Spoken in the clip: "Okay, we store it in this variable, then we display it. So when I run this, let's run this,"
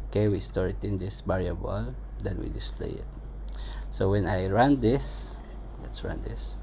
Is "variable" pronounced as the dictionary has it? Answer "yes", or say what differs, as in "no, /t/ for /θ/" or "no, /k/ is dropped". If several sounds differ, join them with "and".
no, /b/ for /v/